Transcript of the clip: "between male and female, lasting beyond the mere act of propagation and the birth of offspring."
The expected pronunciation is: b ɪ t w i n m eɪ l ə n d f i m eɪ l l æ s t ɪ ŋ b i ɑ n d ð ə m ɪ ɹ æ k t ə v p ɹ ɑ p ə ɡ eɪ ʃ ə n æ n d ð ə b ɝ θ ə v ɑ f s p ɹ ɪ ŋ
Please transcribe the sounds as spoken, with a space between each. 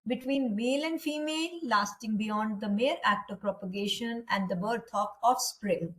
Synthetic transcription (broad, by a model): b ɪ t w i n m eɪ l ə n d f i m eɪ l l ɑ s t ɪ ŋ b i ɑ n d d ə m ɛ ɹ æ k t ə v p ɹ ɑ p ə ɡ eɪ ʃ ə n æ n d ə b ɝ t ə p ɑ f s p ɹ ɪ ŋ